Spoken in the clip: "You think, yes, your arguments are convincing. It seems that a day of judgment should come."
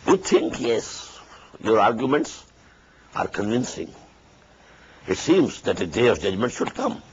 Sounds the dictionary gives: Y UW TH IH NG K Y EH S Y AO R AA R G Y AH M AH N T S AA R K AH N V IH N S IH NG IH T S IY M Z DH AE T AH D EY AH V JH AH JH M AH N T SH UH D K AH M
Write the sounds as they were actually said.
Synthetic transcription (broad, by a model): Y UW T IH NG K Y EH S Y AO R AA R G Y AH M AH N T S AA R K AH N V IH N S IH NG IH T S IY M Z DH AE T AH D EY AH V JH AH JH M AH N T SH UH D K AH M